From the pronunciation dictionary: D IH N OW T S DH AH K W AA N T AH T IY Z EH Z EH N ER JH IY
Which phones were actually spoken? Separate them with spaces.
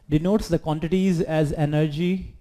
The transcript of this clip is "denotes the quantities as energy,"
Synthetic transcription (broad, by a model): D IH N OW T S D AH K W AA N T AH T IY Z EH Z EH N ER JH IY